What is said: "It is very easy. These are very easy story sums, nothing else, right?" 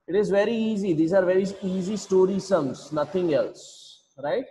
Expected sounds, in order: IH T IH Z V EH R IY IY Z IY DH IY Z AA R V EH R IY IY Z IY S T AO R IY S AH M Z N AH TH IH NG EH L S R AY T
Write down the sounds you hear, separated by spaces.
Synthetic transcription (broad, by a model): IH T IH Z V EH R IY IY Z IY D IY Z AA R V EH R IY IY Z IY S T AO R IY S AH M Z N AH T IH NG EH L S R AY T